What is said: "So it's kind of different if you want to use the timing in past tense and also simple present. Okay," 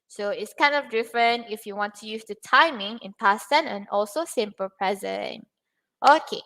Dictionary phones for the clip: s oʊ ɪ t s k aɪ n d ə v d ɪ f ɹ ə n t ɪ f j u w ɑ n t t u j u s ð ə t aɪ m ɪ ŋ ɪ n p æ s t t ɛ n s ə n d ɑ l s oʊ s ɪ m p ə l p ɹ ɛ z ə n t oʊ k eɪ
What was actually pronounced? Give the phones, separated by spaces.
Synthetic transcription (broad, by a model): s oʊ ɪ t s k aɪ n d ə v d ɪ f ɹ ə n t ɪ f j u w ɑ n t t u j u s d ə t aɪ m ɪ ŋ ɪ n p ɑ s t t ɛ n ə n ɑ l s oʊ s ɪ m p ə l p ɹ ɛ z ə n t oʊ k eɪ